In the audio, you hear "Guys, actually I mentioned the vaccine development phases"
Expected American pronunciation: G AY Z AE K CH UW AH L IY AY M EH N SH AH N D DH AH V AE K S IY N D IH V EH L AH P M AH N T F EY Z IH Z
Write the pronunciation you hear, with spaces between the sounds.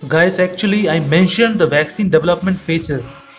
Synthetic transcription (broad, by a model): G AY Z AE K CH UW AH L IY AY M EH N SH AH N D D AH V AE K S IY N D IH V EH L AH P M AH N T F EY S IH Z